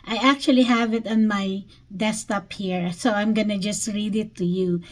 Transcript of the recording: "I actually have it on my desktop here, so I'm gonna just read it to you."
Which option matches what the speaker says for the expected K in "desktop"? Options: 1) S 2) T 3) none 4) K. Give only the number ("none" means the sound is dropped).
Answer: 3